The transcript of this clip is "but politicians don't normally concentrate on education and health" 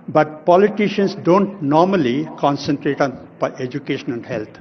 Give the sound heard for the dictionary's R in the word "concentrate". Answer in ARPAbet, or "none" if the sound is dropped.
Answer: R